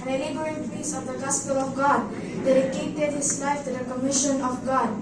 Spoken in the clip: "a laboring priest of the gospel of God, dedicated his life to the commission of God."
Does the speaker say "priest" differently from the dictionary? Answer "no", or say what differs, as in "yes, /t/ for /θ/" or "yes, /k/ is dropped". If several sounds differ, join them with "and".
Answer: yes, /ɹ/ is dropped and /t/ is dropped